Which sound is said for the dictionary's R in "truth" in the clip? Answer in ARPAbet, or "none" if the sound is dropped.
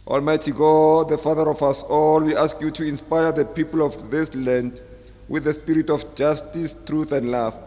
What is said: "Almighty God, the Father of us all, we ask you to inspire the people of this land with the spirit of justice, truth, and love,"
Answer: R